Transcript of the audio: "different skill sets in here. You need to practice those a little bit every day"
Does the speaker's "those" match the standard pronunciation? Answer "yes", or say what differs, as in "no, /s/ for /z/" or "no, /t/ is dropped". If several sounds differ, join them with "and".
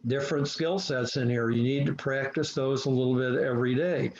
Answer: yes